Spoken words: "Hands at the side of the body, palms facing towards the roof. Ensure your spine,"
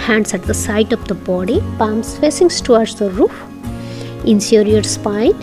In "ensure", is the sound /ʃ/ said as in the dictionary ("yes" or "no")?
no